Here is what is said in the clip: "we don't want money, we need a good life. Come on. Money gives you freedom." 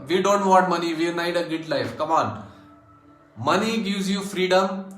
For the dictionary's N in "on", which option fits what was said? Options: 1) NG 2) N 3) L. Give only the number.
3